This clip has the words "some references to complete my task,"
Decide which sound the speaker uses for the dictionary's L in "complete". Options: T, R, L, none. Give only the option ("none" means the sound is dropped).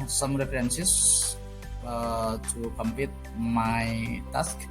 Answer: none